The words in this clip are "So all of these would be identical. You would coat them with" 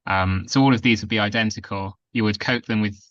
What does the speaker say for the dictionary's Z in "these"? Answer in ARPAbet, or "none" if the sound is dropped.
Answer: Z